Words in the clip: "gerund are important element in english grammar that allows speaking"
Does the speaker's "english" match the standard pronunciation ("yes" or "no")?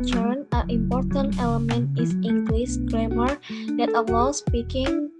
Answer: no